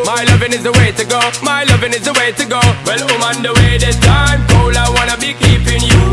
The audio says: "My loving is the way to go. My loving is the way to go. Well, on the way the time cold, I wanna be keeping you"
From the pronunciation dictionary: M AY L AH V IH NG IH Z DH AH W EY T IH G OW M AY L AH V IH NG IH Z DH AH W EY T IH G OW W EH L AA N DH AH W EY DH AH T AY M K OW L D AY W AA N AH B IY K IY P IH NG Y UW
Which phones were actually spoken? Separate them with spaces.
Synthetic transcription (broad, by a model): M AY L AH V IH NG IH Z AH W EY T IH G OW M AY L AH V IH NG IH Z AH W EY T IH G OW W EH L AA N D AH W EY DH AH S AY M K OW L AY W AA N AH B IY K IY P IH NG Y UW